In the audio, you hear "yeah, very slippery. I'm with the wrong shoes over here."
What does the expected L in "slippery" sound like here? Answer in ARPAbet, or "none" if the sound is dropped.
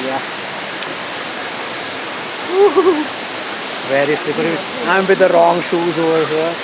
none